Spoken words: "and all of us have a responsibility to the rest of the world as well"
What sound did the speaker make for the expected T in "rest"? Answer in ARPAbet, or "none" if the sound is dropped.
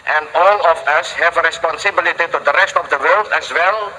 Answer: T